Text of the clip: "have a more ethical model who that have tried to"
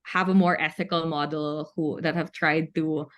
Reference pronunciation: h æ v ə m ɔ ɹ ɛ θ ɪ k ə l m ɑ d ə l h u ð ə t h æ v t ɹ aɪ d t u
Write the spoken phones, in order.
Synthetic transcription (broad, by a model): h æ v ə m ɔ ɹ ɛ θ ɪ k ə l m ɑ d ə l h u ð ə t h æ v t ɹ aɪ d t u